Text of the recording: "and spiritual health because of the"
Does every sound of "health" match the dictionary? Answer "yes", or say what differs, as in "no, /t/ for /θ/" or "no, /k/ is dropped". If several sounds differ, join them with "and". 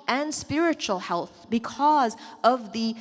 yes